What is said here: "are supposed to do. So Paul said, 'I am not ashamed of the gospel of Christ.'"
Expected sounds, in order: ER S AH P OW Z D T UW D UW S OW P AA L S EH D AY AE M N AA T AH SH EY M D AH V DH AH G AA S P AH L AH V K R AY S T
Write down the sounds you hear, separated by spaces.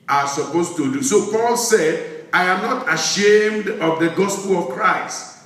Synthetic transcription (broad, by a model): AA S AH P OW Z T UW D UW S OW P AA L S EH D AY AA M N AA T AH SH EY M D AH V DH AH G AA S P AH L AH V K R AY S T